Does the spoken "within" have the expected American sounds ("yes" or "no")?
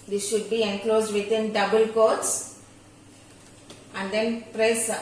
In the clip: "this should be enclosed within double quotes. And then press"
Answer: no